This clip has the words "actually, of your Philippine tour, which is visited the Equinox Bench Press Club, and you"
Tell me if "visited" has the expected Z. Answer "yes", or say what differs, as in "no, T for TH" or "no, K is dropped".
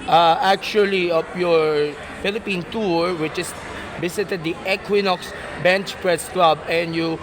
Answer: no, S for Z